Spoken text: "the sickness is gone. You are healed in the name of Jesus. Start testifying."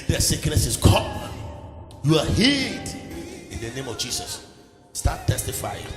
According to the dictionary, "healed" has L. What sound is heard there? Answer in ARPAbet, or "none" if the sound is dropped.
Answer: none